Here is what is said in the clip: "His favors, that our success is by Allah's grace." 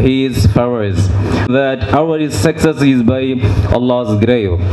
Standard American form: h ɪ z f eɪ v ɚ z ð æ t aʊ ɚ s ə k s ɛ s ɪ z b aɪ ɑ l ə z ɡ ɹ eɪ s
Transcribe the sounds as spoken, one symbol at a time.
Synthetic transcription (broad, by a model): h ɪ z p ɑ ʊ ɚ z ð æ t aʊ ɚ s ə k s ɛ s ɪ z b aɪ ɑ l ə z ɡ ɹ eɪ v